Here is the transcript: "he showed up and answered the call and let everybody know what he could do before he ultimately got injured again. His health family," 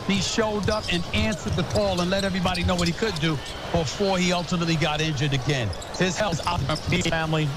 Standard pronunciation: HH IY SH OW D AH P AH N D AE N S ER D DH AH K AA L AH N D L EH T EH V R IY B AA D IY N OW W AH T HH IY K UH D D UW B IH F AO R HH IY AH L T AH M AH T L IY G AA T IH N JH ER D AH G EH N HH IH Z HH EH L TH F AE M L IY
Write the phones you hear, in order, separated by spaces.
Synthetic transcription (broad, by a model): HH IY SH OW D AH P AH N AE N S ER D DH AH K AA L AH N L EH T EH V R IY B AA D IY N OW W AH T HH IY K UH D D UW B IH F AO R IY AH L T AH M AH T L IY G AA T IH N JH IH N AH G EH N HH IH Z HH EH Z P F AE M L IY